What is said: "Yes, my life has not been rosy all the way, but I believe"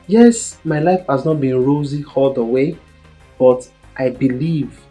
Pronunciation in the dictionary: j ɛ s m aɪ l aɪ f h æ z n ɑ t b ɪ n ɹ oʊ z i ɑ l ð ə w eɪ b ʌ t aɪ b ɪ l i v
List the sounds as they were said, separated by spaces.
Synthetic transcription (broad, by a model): j ɛ s m aɪ l aɪ f h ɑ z n ɑ t b ɪ n ɹ oʊ z i ɑ l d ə w eɪ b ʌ t aɪ b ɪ l i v